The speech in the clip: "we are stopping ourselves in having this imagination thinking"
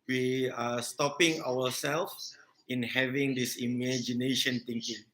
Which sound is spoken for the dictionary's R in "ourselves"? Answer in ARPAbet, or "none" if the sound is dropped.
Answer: W